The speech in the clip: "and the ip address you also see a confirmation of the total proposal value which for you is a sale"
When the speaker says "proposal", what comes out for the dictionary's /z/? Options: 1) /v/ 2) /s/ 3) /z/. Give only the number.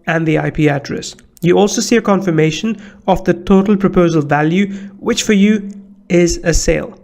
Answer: 3